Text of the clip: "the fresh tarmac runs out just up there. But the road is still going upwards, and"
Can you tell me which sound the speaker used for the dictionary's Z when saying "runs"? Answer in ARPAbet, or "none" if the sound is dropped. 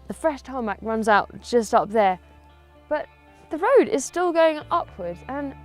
Z